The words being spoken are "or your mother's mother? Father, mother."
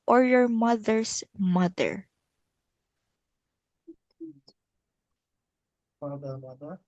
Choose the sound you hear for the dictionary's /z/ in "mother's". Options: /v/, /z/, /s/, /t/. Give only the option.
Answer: /s/